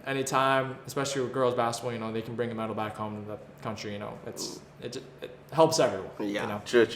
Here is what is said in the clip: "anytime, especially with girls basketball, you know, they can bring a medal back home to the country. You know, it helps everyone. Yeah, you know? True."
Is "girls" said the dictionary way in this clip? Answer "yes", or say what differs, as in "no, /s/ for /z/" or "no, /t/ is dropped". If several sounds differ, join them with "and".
yes